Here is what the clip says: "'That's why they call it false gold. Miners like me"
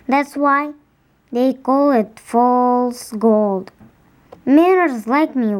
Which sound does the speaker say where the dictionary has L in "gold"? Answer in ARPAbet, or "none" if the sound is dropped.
L